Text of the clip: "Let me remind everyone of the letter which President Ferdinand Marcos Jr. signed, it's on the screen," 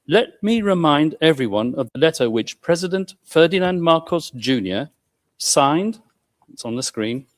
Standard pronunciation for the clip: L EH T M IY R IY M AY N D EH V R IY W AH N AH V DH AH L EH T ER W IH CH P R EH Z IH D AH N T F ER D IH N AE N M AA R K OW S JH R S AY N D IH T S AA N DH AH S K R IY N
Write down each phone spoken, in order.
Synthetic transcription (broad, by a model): L EH T M IY R IY M AY N D EH V R IY W AH N AH V DH AH L EH T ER W IH CH P R EH Z IH D AH N T F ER D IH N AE N M AA R K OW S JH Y S AY N D IH T S N DH AH S K R IY N